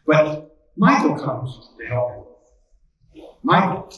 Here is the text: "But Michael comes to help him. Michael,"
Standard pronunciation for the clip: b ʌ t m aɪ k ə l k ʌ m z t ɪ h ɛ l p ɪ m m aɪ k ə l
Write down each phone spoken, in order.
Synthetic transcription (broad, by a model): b ʌ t m aɪ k l k ʌ m z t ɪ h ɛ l ɪ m m aɪ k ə l